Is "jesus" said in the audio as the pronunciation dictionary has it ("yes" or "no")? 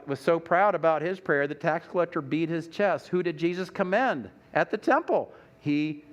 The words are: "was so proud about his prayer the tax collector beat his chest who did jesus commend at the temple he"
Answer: yes